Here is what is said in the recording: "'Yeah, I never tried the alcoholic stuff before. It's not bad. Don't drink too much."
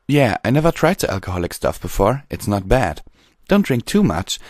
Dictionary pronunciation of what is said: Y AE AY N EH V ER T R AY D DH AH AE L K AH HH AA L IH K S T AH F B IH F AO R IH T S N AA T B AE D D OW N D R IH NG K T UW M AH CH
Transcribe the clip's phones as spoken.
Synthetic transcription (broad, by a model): Y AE AY N EH V ER T R AY D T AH AE L K AH HH AA L IH K S T AH F B IH F AO R IH T S N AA T B AE D D OW N D R IH NG K T UW M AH CH